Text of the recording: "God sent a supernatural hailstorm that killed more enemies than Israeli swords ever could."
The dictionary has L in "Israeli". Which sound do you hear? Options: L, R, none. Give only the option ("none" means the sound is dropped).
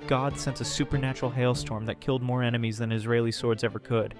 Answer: L